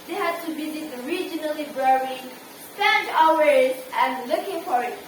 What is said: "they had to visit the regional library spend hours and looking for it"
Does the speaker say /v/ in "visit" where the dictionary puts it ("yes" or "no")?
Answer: no